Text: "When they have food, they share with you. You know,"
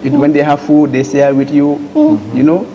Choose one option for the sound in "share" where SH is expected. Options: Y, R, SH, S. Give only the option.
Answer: S